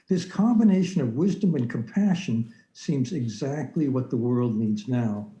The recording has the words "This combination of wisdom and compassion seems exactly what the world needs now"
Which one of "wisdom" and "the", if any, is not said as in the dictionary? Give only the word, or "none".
none